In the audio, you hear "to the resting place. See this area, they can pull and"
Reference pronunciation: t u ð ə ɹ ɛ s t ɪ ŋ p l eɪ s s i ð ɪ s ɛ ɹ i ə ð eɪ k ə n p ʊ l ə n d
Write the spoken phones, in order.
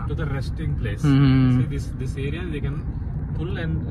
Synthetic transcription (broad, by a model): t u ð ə ɹ ɛ s t ɪ ŋ p l eɪ s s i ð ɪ s ɛ ɹ i ə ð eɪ k ə n f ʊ l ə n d